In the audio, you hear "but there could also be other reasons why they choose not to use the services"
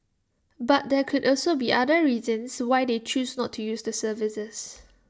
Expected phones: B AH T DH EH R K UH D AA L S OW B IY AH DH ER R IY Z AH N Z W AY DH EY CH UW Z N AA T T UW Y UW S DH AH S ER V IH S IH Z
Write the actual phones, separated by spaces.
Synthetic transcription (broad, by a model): B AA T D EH K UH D AA L S OW B IY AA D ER R IY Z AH N S W AY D EY CH UW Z N AA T T UW Y UW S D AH S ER V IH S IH S